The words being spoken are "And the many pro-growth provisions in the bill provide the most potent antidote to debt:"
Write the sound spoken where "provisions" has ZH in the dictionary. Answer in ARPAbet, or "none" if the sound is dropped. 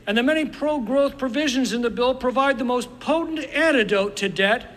ZH